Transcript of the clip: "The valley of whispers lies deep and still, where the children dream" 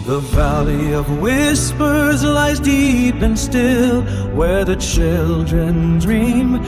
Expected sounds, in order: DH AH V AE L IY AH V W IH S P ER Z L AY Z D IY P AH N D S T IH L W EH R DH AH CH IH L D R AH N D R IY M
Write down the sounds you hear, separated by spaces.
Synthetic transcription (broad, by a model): DH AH V AE L IY AH V W IH S P ER Z L AY Z D IY P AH N S T IH L W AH R DH AH CH IH L D R AH N D R IY M